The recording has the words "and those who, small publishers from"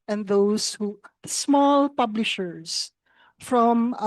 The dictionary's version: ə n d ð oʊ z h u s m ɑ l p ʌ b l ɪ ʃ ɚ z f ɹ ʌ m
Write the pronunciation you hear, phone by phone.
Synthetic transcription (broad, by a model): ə n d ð oʊ s h u s m ɑ l p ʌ b l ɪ ʃ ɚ s f ɹ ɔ m